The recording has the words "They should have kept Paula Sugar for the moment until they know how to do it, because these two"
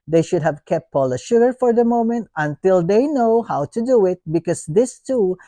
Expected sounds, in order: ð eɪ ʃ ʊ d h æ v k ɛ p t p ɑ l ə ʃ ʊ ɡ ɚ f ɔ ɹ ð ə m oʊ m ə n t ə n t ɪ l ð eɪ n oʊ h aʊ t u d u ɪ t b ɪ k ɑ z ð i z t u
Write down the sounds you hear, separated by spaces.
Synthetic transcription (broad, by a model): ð eɪ ʃ ʊ d h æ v k ɛ p t p ɑ l ə ʃ ʊ ɡ ɚ f ɔ ɹ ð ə m oʊ m ə n t ə n t ɪ l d eɪ n oʊ h aʊ t u d u ɪ t b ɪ k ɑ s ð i s t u